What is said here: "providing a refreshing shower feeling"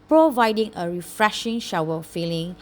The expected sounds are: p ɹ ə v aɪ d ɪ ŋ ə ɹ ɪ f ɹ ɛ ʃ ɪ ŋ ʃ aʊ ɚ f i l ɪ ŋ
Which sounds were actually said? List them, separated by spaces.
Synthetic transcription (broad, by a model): p ɹ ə v aɪ d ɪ ŋ ə ɹ ɪ f ɹ ɛ ʃ ɪ ŋ ʃ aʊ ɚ f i l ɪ ŋ